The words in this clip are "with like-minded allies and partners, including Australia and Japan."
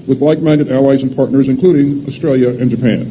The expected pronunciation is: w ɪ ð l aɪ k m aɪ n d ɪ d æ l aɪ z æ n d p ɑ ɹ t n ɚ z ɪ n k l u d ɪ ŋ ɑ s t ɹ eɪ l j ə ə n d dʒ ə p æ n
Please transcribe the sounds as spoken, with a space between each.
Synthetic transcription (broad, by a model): w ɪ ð l aɪ k m aɪ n d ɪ d æ l aɪ z n p ɑ ɹ t n ɚ z ɪ n k l u d ɪ ŋ ɑ s t ɹ eɪ l j ə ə n dʒ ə p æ n